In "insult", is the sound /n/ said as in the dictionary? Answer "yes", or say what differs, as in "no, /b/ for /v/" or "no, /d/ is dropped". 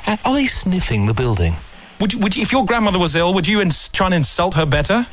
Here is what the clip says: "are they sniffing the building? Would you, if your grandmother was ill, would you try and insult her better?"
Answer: yes